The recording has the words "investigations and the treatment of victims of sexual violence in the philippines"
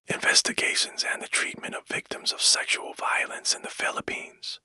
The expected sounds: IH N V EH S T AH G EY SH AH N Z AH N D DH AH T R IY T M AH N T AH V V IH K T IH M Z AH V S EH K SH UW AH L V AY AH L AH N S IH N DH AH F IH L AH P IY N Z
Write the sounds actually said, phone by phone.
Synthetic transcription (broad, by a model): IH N V EH S T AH G EY SH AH N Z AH N DH AH T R IY T M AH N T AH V V IH K T IH M Z AH V S EH K SH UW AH L V AY AH L AH N S IH N DH AH F IH L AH P IY N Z